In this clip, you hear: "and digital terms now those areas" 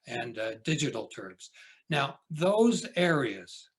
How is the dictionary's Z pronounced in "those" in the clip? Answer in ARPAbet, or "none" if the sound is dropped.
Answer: Z